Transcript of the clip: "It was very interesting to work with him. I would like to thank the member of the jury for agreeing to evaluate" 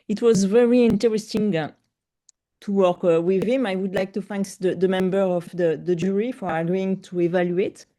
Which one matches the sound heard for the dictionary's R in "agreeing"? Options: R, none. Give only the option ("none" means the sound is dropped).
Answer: none